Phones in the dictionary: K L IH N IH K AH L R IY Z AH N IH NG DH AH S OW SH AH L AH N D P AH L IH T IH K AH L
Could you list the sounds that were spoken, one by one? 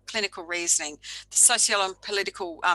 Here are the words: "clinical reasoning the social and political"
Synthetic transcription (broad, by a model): K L IH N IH K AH L R IY Z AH N IH NG DH AH S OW S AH L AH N P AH L IH T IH K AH L